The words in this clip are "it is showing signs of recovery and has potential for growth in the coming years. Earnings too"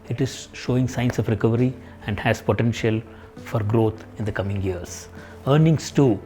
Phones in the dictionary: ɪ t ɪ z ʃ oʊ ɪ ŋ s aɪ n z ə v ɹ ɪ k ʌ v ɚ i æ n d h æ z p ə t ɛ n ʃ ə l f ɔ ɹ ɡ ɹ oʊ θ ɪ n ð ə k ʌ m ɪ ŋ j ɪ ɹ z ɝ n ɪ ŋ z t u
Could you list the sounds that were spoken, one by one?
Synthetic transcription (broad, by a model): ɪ t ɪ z ʃ oʊ ɪ ŋ s aɪ n s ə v ɹ ɪ k ʌ v ɚ i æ n d h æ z p ə t ɛ n ʃ ə l f ɔ ɹ ɡ ɹ oʊ t ɪ n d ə k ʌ m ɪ ŋ j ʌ ɹ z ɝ n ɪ ŋ s t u